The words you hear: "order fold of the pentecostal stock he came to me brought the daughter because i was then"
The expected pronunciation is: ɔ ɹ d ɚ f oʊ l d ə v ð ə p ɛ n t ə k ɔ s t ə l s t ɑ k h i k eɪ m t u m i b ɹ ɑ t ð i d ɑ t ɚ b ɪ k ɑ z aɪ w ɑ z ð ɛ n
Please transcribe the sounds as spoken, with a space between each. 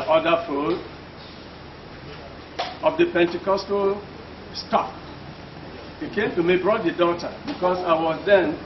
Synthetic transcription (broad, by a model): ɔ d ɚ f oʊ d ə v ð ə p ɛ n t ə k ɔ s t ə s t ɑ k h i k eɪ m t u m i b ɹ ɑ t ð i d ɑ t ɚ b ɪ k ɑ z aɪ w ɑ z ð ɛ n